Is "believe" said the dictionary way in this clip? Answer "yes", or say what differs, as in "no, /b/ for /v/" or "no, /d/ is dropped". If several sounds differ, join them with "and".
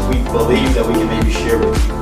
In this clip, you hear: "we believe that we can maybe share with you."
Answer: yes